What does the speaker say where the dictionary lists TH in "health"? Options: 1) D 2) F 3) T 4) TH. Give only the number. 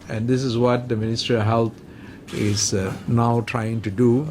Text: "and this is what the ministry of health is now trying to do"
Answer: 3